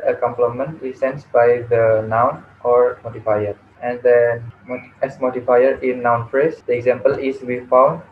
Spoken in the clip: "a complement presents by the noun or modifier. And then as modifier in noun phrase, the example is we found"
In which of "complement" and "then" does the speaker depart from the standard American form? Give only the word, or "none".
then